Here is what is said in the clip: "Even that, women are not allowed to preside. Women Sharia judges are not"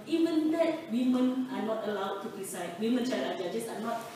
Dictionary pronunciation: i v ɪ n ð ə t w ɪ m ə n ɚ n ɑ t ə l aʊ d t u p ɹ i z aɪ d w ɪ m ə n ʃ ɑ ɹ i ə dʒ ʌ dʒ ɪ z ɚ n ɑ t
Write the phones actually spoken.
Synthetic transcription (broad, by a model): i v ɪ n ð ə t w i m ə n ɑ n ɑ t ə l aʊ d t u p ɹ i s aɪ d w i m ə n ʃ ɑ i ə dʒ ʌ dʒ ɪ s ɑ n ɑ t